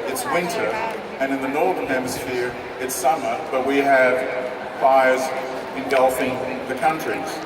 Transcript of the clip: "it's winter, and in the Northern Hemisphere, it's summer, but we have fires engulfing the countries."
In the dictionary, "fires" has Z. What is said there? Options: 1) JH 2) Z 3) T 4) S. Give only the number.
2